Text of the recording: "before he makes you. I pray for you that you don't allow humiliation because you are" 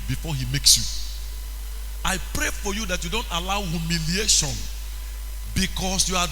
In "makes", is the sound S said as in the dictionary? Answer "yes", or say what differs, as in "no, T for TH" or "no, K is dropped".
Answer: yes